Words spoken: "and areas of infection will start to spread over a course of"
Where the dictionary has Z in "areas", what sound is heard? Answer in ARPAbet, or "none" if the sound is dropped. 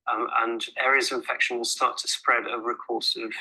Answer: Z